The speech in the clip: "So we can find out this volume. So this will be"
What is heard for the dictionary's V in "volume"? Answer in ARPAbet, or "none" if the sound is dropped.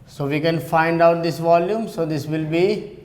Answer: V